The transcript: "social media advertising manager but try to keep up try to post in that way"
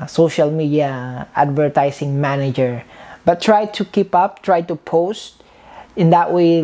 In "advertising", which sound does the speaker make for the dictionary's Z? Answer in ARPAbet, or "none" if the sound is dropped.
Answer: S